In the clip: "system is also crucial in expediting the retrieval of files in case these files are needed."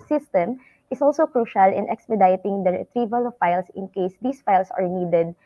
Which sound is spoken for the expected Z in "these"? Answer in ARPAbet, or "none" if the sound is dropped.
S